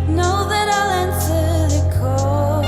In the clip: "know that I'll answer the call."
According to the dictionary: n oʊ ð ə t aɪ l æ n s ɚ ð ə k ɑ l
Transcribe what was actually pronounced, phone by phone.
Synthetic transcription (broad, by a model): n oʊ ð ə t aɪ l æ n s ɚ ð ə k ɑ